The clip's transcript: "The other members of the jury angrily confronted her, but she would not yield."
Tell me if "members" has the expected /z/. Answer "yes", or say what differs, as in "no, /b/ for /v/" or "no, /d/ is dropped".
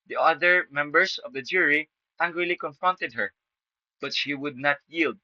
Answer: no, /s/ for /z/